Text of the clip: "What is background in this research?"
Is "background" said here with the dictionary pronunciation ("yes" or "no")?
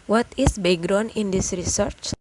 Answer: no